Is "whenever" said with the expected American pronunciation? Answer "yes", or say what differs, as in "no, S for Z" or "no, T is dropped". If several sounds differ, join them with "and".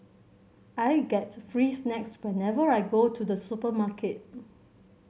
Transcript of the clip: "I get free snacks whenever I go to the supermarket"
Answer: yes